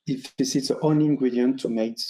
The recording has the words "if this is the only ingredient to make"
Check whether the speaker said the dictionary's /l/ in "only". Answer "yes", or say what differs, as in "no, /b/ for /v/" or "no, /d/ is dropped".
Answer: no, /l/ is dropped